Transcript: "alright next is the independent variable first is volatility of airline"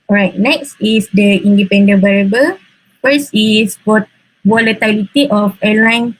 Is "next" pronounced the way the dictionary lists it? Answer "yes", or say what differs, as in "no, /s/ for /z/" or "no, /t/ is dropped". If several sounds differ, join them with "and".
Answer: yes